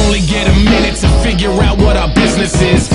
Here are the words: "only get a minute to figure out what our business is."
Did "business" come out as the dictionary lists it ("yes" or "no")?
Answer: yes